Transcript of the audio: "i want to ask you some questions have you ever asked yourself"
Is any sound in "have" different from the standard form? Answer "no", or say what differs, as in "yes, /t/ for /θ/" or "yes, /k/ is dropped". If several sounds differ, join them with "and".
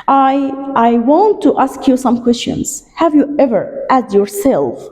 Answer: no